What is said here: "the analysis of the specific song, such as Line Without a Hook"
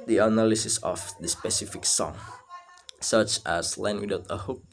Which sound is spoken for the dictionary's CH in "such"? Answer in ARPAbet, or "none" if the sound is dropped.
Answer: CH